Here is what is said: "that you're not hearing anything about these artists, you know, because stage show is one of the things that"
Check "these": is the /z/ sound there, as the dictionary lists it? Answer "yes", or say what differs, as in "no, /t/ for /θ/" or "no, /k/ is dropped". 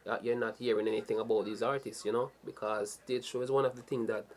yes